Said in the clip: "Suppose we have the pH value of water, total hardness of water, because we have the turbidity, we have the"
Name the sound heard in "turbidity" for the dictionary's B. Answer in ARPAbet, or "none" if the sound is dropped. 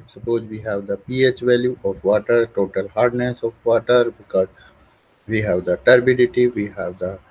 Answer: B